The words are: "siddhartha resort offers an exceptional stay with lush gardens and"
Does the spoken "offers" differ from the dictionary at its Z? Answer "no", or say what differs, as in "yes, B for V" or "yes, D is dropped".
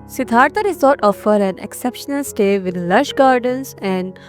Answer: yes, Z is dropped